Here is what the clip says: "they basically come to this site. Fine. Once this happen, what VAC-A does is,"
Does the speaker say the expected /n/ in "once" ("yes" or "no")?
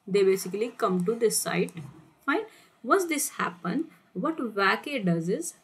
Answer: no